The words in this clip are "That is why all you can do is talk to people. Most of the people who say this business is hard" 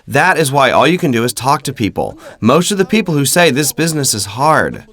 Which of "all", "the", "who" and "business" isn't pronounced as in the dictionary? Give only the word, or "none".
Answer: none